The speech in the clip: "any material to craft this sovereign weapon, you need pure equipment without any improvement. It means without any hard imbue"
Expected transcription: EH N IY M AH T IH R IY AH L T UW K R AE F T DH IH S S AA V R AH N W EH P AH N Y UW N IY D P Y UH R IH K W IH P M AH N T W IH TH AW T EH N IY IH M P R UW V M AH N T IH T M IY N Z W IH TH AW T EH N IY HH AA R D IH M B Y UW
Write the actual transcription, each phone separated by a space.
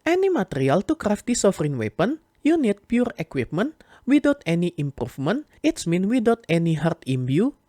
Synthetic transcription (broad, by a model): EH N IY M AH T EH R IY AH L T UW K R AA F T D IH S S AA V R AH N W EH P AH N Y UW N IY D P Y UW R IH K W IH P M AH N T W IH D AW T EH N IY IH M P R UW F M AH N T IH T M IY N W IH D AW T EH N IY HH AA R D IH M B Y UW